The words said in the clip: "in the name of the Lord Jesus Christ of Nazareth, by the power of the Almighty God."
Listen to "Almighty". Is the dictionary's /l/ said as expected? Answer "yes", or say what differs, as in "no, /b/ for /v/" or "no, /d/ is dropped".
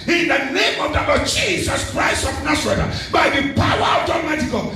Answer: no, /l/ is dropped